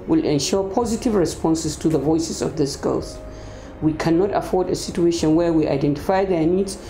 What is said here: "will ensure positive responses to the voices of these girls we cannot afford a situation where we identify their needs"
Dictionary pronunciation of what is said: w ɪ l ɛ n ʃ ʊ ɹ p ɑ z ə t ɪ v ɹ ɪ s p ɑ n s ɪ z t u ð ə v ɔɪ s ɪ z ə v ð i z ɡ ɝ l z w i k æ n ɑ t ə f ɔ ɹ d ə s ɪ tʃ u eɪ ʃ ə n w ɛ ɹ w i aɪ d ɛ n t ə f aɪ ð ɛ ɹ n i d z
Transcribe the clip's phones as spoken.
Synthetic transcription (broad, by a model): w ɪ l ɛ n ʃ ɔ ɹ p ɑ z ə t ɪ v ɹ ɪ s p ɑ n s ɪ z t u ð ə v ɔɪ s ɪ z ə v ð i s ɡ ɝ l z w i k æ n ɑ t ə f ɔ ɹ d ə s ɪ tʃ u eɪ ʃ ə n w ɛ ɹ w i aɪ d ɛ n t ə f aɪ ð ɛ ɹ n i d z